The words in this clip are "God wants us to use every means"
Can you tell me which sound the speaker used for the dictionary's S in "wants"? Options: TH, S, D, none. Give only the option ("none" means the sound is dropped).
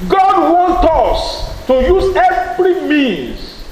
none